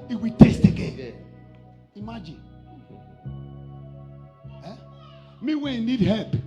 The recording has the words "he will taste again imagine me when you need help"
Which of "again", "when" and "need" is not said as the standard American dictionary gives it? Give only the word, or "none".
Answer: again